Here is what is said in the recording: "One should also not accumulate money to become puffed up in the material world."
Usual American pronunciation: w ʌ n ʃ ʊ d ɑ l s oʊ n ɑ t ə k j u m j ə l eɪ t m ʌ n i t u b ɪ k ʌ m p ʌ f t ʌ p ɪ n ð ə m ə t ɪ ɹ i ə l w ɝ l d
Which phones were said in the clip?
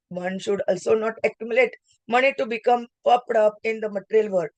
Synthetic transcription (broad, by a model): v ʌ n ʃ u d ɑ l s oʊ n ɑ t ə k j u m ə l eɪ t m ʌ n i t u b ɪ k ʌ m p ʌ p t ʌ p ɪ n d ə m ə t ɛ ɹ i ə l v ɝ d